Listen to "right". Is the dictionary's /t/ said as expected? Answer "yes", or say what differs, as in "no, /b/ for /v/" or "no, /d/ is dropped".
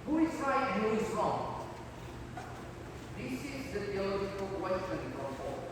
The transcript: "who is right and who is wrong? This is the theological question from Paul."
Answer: no, /t/ is dropped